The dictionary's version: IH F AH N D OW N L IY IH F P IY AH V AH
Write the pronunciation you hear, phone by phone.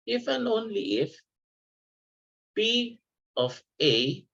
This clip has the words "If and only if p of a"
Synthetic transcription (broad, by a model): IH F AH N OW N L IY IH F B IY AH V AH